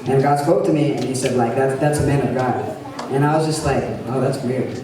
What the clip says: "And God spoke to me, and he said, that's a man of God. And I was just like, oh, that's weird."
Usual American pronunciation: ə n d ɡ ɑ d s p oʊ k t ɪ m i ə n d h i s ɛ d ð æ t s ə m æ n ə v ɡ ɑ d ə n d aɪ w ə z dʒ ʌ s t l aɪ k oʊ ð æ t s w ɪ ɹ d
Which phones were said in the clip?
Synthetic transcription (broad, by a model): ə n ɡ ɑ d s p oʊ k t ɪ m i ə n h i s ɛ d ð æ t s ə m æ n ə v ɡ ɑ d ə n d aɪ w ə z dʒ ʌ s t l aɪ k oʊ ð æ t s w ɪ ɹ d